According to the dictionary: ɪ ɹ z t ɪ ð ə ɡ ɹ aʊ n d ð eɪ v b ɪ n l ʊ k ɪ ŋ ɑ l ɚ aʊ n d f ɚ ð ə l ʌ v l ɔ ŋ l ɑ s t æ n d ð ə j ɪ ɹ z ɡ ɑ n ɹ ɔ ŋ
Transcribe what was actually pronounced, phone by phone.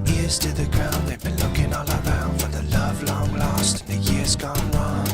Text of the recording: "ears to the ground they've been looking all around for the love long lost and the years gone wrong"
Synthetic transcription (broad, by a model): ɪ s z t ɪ ð ə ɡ ɹ aʊ n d ð eɪ v b ɪ n l ʊ k ɪ ŋ ɑ l ɚ aʊ n d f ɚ ð ə l ʌ v l ɔ ŋ l ɑ s t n ð ə j ɪ ɹ z ɡ ɑ n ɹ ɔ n